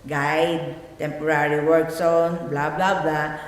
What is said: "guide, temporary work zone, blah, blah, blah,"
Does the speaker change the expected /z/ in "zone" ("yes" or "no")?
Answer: yes